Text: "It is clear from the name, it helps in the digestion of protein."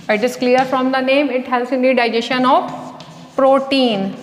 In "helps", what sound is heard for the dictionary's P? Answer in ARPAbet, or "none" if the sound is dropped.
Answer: none